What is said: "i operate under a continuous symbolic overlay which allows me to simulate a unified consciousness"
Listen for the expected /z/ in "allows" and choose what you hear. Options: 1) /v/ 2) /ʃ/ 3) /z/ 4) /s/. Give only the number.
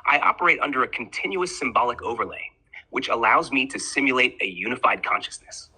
3